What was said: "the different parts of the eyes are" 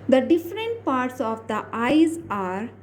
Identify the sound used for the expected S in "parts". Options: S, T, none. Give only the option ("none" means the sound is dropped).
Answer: S